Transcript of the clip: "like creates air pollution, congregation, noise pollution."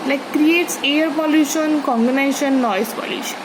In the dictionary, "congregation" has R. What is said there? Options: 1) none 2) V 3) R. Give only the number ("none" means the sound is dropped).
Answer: 1